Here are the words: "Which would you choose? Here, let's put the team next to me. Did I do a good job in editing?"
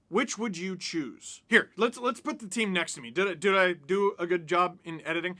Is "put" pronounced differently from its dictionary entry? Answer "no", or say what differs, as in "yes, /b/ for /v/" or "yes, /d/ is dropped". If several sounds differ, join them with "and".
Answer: no